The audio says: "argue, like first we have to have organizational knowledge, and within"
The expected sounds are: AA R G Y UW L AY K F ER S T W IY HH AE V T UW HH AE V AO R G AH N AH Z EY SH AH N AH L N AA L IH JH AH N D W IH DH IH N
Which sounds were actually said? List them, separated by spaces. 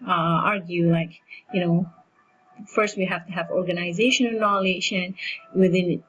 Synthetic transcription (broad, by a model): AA R G Y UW L AY K F ER S T W IY HH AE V T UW HH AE V AO R G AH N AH Z EY SH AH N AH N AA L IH SH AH N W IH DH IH N